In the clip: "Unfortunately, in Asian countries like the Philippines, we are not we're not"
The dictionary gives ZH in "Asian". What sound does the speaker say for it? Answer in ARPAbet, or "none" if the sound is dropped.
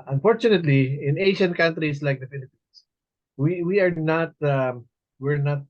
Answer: SH